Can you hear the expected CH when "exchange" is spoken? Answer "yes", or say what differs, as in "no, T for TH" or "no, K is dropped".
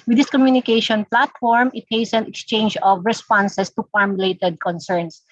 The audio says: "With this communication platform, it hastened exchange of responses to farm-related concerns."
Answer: yes